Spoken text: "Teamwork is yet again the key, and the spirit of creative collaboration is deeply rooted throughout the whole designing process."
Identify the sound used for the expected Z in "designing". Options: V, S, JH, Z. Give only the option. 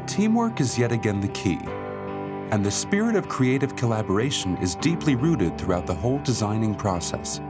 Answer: Z